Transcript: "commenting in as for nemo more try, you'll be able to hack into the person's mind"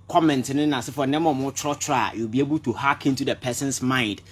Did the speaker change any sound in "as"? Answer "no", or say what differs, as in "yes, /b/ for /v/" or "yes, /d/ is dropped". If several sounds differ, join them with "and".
yes, /s/ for /z/